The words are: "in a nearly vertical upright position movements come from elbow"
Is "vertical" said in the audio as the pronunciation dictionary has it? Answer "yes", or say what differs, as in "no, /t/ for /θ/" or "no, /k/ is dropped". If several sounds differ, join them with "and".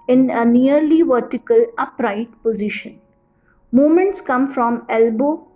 yes